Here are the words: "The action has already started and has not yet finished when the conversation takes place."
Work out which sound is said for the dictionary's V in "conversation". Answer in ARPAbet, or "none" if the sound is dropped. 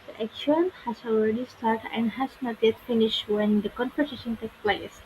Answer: F